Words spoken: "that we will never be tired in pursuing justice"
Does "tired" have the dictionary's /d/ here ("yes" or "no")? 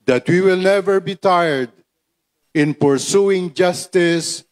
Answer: yes